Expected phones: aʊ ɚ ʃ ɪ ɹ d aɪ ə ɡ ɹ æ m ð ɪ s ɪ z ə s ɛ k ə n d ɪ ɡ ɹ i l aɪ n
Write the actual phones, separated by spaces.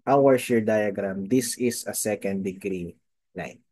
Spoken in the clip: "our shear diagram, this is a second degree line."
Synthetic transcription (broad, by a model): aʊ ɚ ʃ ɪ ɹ d aɪ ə ɡ ɹ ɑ m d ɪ s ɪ s ə s ɛ k ə n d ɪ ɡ ɹ i l aɪ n